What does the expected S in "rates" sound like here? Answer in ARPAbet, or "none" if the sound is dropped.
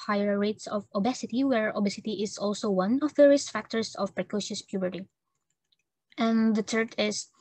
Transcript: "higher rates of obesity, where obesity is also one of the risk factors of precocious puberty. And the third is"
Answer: S